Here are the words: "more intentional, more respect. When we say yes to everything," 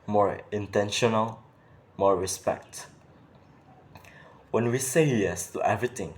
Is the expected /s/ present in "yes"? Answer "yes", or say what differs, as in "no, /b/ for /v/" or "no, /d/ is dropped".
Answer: yes